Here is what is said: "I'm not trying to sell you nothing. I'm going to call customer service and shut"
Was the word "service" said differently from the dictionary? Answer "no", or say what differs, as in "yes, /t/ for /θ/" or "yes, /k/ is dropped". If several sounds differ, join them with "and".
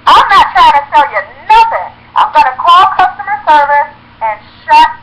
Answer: no